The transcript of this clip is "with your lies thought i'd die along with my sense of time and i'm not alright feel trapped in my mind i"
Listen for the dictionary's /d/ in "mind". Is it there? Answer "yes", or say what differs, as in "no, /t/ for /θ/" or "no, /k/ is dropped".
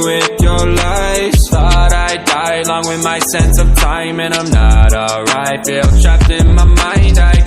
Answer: yes